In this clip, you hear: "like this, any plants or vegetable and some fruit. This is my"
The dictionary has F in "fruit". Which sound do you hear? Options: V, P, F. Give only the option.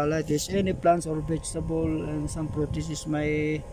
P